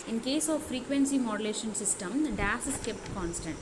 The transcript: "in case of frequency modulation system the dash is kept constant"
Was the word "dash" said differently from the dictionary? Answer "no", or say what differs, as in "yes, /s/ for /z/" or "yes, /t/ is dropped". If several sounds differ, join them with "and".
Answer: yes, /s/ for /ʃ/